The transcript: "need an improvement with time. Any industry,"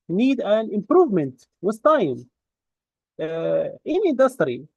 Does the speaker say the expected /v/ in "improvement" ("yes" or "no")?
yes